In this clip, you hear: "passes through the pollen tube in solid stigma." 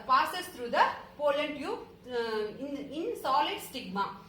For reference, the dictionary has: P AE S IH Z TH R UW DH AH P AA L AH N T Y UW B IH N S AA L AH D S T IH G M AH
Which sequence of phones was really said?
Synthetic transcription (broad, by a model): P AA S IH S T R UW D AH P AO L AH N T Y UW IH N S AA L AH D S T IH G M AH